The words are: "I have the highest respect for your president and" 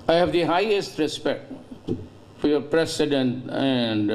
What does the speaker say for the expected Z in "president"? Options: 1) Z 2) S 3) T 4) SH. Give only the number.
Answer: 2